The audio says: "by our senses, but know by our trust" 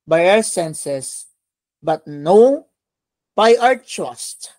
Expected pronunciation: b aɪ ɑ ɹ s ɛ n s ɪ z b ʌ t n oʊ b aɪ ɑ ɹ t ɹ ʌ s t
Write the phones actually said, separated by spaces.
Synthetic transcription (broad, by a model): b aɪ ɑ ɹ s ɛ n s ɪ s b ʌ t n oʊ b aɪ ɑ ɹ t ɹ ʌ s t